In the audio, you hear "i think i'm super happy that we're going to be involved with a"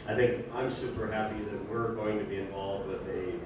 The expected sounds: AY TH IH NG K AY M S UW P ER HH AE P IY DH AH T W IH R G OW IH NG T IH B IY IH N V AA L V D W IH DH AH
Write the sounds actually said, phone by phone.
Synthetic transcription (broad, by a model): AY TH IH NG K AY M S UW P ER HH AE P IY DH AH T W IH R G OW IH NG T IH B IY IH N V AA L V D W IH DH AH